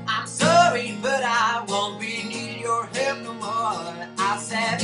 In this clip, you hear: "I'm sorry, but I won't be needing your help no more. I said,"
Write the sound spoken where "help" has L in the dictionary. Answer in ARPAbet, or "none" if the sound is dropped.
none